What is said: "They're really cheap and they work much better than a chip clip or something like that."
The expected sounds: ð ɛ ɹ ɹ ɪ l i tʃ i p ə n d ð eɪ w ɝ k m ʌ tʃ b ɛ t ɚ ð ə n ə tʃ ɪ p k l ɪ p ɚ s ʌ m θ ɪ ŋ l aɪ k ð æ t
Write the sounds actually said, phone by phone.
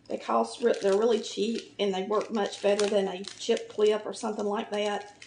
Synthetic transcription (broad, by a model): ð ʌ ɹ ɹ ɪ l i tʃ i p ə n ð eɪ w ɝ k m ʌ tʃ b ɛ t ɚ ð ə n ə tʃ ɪ p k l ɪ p ɚ s ʌ m θ ɪ ŋ l aɪ k ð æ t